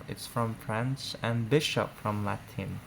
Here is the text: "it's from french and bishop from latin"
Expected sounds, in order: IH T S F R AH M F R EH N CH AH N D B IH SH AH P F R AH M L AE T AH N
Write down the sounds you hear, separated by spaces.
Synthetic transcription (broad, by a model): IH T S F R AH M F R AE N S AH N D B IH SH AH P F R AH M L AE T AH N